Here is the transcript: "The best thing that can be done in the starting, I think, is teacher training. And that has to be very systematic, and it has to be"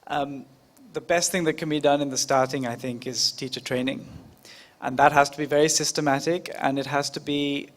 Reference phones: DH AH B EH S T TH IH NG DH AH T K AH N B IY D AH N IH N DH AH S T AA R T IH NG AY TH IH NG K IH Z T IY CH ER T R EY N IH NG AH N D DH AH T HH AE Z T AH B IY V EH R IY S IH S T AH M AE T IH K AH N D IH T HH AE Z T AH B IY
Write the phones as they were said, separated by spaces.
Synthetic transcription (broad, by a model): DH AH B EH S T TH IH NG DH AH T K AH N B IY D AH N IH N DH AH S T AA R T IH NG AY TH IH NG K IH Z T IY CH ER T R EY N IH NG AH N DH AH T HH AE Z T AH B IY V EH R IY S IH S T AH M AE T IH K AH N IH T HH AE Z T AH B IY